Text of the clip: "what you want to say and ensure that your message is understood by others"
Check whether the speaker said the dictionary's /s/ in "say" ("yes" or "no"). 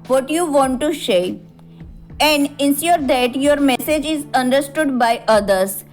no